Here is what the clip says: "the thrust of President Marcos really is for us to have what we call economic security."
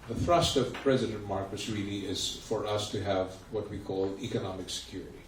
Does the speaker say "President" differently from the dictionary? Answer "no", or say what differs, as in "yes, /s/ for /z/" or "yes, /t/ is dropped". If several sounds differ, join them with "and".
no